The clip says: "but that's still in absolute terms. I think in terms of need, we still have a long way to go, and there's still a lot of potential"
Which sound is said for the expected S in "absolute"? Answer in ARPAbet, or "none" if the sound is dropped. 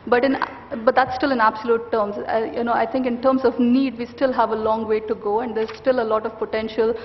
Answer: S